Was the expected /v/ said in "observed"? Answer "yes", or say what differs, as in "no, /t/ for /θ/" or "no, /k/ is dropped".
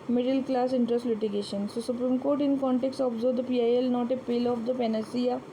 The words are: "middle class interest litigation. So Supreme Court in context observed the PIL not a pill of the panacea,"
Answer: no, /v/ is dropped